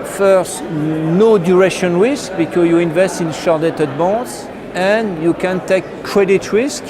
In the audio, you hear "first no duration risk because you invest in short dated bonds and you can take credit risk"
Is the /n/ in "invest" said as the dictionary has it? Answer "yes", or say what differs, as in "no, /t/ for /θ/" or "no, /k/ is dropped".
yes